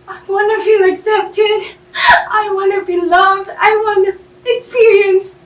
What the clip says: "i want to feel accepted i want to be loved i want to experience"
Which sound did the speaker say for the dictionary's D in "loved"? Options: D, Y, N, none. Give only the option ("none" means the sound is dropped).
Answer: D